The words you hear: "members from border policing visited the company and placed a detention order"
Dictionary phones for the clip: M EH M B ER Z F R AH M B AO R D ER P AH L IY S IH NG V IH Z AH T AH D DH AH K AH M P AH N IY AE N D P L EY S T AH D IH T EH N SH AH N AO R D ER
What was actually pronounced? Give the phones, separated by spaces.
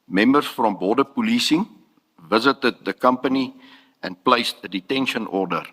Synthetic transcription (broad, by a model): M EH M B ER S F R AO M B AO D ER P AH L IY S IH NG V IH Z AH T AH D DH AH K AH M P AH N IY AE N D P L EY S T AH D IH T EH N SH AH N AO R D ER